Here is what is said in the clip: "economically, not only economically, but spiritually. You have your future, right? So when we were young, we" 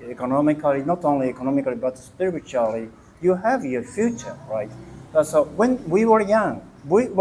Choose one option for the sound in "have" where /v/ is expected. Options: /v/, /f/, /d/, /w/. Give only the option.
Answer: /v/